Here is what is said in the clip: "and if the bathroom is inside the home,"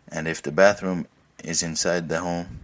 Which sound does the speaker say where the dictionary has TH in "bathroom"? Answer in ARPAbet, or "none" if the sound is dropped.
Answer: TH